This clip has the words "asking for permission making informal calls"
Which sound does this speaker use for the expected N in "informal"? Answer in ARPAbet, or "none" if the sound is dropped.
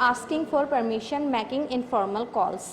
N